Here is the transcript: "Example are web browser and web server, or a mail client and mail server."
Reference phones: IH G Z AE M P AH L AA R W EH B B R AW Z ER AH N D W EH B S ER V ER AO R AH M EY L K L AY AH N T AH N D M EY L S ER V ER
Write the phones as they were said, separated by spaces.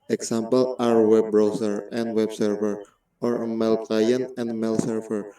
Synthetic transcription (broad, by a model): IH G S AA M P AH L AA R W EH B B R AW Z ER AH N D W EH B S ER V ER AO R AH M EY L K AY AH N AH N D M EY L S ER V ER